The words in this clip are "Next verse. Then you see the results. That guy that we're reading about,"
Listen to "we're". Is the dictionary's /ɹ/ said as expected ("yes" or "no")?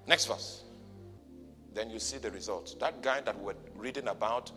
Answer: no